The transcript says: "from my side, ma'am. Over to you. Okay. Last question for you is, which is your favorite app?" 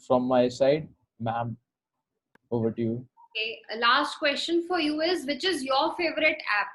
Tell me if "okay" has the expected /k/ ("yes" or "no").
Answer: no